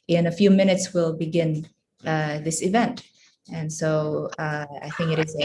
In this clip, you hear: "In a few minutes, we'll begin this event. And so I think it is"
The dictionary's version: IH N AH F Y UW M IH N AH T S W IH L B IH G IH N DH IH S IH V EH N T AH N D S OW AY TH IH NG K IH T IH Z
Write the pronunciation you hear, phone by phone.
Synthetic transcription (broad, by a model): IH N AH F Y UW M IH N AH T S W IH L B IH G IH N DH IH S IH V EH N T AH N S OW AY TH IH NG K IH T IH Z